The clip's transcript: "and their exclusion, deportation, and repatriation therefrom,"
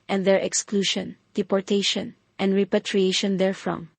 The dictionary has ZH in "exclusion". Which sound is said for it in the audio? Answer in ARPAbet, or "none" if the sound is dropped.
SH